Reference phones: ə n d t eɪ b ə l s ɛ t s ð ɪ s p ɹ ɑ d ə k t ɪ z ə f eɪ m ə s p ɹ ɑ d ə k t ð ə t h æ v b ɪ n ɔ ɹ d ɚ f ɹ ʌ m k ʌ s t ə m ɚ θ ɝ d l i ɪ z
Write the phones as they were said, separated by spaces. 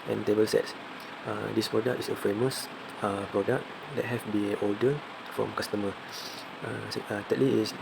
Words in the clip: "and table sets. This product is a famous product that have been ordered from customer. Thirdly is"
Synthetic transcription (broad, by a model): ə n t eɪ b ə l s ɛ t s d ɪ s p ɹ ɑ d ə k t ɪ s ə f eɪ m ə s p ɹ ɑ d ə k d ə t h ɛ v b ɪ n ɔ l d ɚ f ɹ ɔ m k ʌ s t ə m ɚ t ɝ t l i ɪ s